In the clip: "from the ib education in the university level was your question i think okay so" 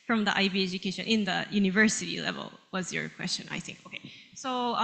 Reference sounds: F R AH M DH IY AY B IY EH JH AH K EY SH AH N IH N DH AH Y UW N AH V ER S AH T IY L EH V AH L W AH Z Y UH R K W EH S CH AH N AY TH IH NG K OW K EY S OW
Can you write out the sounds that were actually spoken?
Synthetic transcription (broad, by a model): F R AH M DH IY AY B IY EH JH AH K EY SH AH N IH N DH AH Y UW N AH V ER S AH T IY L EH V AH L W AH Z Y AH R K W EH S CH AH N AY TH IH NG K OW K EY S OW